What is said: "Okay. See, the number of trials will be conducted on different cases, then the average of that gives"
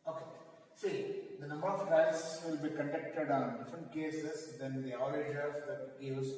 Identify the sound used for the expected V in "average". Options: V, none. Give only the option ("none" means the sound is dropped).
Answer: none